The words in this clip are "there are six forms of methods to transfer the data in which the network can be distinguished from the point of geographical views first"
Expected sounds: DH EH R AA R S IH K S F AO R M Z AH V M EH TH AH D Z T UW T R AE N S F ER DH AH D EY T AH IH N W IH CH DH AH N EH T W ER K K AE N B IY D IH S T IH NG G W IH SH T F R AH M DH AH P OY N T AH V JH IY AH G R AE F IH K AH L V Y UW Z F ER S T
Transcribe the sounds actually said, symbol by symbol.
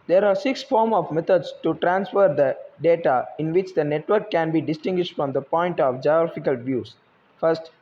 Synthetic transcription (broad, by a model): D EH R AA R S IH K S F AO R M AH V M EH T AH D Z T UW T R AE N S F ER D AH D EY T AH IH N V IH CH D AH N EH T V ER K K AE N B IY D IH S T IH NG G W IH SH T F R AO M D AH P OY N T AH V JH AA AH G R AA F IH K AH L V Y UW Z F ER S T